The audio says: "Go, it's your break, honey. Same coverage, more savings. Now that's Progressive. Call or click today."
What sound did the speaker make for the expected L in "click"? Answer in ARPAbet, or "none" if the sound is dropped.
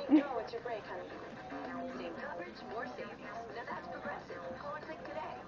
none